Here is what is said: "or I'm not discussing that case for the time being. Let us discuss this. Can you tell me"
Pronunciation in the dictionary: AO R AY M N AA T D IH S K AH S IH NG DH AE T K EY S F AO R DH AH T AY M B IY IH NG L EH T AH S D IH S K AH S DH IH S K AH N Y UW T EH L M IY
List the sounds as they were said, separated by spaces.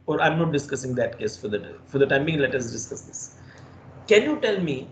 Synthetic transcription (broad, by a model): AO R AY M N AA T D IH S K AH S IH NG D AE T K EY S F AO R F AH T AY M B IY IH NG L EH T AH S D IH S K AH S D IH S K AH N Y UW T EH L M IY